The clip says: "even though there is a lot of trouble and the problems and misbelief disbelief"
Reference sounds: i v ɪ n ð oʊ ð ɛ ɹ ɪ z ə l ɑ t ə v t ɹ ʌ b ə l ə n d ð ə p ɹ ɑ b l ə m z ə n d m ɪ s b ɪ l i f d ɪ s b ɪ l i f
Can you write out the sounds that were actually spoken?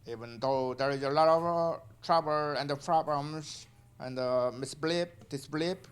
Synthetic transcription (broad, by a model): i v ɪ n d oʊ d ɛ ɹ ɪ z ə l ɑ t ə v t ɹ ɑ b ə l ə n d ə f ɹ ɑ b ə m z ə n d m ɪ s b l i p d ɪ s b l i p